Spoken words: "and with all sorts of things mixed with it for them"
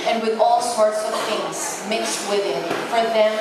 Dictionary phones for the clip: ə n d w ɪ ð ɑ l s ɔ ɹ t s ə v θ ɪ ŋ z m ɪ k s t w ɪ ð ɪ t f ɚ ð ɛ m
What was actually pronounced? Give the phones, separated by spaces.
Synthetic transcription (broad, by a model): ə n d w ɪ ð ɑ l s ɔ ɹ t s ə v θ ɪ ŋ z m ɪ k s t w ɪ ð ɪ t f ɚ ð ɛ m